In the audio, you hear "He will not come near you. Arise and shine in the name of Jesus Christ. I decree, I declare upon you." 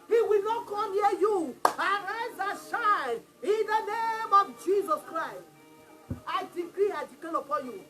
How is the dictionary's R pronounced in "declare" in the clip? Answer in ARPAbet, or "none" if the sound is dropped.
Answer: L